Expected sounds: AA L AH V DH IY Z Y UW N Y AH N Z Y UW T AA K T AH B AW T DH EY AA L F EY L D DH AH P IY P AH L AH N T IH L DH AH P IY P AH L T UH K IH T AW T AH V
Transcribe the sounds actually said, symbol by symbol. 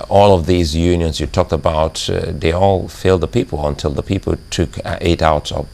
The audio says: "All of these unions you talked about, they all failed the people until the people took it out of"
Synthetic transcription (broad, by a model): AA L AH V DH IY Z Y UW N Y AH N Z Y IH T AA K T AH B AW T DH EY AA L F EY L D DH AH P IY P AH L AH N T IH L DH AH P IY P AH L T UH K IH T AW T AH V